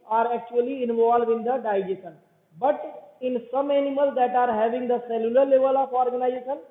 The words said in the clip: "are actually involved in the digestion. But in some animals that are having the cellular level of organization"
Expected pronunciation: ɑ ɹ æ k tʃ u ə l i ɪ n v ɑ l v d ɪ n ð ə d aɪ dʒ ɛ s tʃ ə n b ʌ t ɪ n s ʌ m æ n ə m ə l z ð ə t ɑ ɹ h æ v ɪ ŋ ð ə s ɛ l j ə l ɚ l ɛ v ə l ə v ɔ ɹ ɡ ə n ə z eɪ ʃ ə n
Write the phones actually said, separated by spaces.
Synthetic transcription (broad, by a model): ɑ ɹ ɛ k tʃ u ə l i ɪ n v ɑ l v ɪ n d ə d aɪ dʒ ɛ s ə n b ʌ t ɪ n s ʌ m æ n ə m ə l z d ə t ɑ ɹ h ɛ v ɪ ŋ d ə s ɛ l j ə l ɚ l ɛ v ə l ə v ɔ ɹ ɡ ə n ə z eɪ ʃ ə n